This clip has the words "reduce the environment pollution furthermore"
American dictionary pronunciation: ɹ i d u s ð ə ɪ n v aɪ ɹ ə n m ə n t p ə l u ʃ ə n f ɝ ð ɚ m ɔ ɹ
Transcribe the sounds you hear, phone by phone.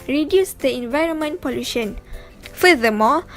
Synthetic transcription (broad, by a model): ɹ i d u s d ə ɪ n v aɪ ɹ ə n m ə n t p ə l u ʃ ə n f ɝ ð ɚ m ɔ